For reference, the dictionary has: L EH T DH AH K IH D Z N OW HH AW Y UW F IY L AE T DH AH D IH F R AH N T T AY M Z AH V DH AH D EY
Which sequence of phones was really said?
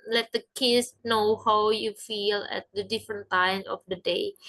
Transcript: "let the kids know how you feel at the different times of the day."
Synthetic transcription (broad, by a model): L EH T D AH K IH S N OW HH AW Y UW F IY L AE T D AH D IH F R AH N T T AY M AH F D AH D EY